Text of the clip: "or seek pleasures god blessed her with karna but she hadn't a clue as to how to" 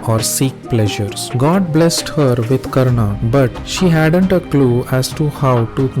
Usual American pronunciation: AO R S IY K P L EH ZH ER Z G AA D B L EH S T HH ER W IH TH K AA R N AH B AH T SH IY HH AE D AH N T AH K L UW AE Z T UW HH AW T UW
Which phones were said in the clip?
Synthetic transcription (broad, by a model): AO R S IY K P L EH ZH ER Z G AA D B L EH S T HH ER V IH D K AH R N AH B AH T SH IY HH AE D AH N T AH K L UW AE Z T UW HH AW T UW